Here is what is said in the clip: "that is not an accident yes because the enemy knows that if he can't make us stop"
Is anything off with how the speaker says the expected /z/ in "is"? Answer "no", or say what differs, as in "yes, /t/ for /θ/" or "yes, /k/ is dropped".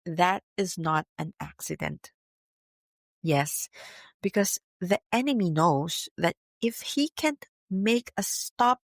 no